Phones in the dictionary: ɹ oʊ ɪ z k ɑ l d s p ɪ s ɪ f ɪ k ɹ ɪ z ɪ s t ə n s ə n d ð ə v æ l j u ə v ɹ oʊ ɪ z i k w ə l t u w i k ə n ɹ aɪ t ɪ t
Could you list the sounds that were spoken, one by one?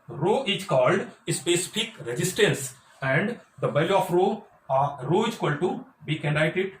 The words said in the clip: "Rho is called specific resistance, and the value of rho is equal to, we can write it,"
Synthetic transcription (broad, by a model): ɹ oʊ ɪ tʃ k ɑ l d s p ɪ s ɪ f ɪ k ɹ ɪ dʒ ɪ s t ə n s ə n d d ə b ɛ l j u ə ɹ oʊ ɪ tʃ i k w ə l t u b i k ə n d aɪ t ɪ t